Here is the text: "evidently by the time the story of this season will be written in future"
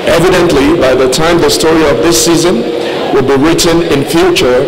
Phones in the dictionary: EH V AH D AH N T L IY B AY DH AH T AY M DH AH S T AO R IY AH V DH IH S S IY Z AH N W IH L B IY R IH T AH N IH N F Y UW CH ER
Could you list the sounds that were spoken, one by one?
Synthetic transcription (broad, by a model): EH V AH D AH N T L IY B AY DH AH T AY M DH AH S T AO R IY AH V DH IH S S IY Z AH N W IH L B IY R IH T AH N IH N F Y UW CH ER